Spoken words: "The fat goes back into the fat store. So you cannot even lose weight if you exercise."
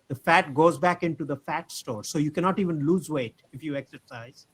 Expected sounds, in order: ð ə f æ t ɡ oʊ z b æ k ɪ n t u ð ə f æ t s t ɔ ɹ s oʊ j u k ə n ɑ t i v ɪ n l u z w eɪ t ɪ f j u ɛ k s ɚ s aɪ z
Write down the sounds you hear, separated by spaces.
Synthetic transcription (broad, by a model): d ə f æ t ɡ oʊ z b æ k ɪ n t u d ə f æ t s t ɔ ɹ s oʊ j u k ə n ɑ t i v ɪ n l u z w eɪ t ɪ f j u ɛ k s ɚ s aɪ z